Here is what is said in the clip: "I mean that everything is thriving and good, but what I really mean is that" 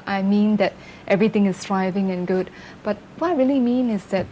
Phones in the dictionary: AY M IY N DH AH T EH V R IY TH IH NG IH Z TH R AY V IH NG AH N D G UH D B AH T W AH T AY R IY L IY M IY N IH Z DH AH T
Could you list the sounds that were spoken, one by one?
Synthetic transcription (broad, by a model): AY M IY N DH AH T EH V R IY T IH NG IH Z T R AY V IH NG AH N G UH D B AH T W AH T AY R IY L IY M IY N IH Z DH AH T